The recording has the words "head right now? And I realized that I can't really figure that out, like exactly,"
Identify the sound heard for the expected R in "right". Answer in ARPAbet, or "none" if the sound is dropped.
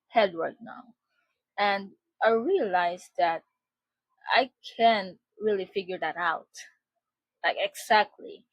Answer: W